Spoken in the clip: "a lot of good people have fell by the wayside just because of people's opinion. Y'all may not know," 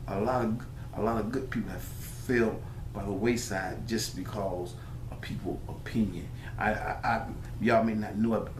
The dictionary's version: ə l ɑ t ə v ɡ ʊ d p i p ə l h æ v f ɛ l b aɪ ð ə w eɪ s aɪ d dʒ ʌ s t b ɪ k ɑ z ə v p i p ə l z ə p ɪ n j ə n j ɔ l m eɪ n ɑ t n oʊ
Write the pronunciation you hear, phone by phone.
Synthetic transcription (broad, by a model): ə l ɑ t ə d ɡ ʊ d p i p l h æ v f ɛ l b aɪ ð ə w eɪ s aɪ d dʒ ʌ s b ɪ k ɑ z ə v p i p l ə p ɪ n j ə n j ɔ m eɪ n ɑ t n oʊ